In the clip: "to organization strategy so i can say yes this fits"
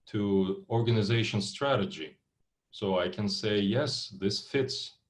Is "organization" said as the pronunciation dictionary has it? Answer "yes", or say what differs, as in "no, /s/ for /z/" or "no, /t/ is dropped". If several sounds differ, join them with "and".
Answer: yes